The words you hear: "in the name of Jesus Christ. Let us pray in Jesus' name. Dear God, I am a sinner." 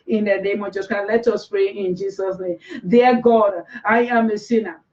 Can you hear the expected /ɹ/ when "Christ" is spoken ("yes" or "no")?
no